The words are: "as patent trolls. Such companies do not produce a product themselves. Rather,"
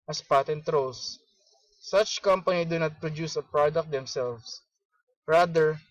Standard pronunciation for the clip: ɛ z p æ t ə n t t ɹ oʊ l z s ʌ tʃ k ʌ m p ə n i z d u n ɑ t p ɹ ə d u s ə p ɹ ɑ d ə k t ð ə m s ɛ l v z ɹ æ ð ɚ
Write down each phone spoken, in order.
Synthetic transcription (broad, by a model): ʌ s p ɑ t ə n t t ɹ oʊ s s ʌ tʃ k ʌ m p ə n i d u n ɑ t p ɹ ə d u s ə p ɹ ɑ d ə k t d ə m s ɛ l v s ɹ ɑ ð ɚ